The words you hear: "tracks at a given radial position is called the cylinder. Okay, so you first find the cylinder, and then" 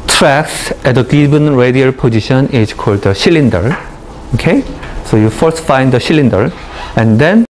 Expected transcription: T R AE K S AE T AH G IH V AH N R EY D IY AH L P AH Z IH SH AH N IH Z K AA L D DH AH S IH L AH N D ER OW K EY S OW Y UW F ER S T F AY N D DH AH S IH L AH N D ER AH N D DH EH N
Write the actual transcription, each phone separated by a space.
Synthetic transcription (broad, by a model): T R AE K S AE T AH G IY B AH N R EY D IY AH L P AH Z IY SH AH N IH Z K AA L D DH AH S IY L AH N D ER OW K EY S OW Y UW F ER S T F AY N D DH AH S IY L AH N D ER AH N D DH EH N